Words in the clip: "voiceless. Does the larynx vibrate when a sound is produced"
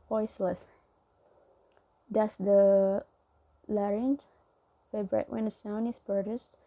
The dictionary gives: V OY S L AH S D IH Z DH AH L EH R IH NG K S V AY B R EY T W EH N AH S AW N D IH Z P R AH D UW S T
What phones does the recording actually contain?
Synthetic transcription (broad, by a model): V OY S L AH S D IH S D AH L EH R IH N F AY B R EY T W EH N AH S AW N IH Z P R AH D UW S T